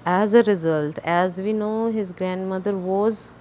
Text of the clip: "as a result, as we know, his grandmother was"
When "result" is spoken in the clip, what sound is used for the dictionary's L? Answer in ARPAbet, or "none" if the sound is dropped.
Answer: L